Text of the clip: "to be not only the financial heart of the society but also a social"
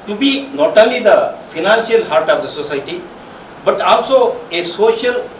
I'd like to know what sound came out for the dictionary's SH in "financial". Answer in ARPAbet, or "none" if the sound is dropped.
S